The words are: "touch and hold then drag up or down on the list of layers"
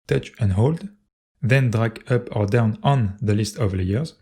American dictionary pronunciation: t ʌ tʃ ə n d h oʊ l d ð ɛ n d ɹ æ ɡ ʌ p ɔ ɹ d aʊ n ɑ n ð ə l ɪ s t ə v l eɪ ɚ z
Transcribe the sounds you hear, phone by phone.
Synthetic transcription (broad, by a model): t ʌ tʃ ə n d h oʊ l d ð ɛ n d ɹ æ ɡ ʌ p ɔ ɹ d aʊ n ɑ n ð ə l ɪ s t ə v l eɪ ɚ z